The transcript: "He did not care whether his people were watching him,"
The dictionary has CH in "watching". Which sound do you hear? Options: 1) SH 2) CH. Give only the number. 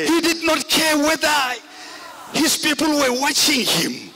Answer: 2